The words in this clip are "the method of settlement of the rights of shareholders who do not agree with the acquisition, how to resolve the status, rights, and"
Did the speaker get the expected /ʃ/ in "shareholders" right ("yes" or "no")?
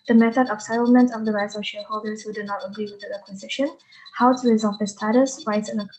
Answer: yes